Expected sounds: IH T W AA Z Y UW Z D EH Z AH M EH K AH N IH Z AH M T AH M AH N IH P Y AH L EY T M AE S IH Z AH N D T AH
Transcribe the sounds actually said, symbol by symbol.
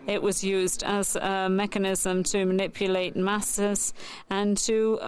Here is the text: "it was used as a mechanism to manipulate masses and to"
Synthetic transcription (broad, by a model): IH T W AA Z Y UW Z D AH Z AH M EH K AH N IH Z AH M T AH M AH N IH P Y AH L EY T M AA S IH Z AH N T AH